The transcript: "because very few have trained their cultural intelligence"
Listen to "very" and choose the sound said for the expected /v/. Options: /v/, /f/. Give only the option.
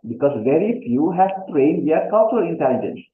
/v/